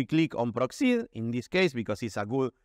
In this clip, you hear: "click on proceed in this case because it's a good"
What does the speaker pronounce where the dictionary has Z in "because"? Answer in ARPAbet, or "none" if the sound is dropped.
S